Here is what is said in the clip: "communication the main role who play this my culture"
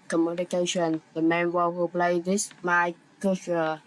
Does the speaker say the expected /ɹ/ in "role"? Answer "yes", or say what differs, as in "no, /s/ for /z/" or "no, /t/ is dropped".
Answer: no, /w/ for /ɹ/